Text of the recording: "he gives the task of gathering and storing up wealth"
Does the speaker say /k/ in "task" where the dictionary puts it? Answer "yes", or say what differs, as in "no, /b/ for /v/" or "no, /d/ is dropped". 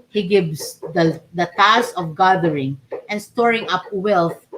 no, /k/ is dropped